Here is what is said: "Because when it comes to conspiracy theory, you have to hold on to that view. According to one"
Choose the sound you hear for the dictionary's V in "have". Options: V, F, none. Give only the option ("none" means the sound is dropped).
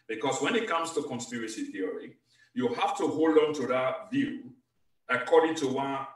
F